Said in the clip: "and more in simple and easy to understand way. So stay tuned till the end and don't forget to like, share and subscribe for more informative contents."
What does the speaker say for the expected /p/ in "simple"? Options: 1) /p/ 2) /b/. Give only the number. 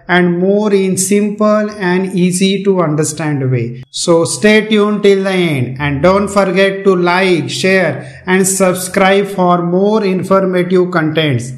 1